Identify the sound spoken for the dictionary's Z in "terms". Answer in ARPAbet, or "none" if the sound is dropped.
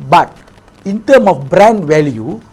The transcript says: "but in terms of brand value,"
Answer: none